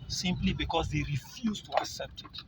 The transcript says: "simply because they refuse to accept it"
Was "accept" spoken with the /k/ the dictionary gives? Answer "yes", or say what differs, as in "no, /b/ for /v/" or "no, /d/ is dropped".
yes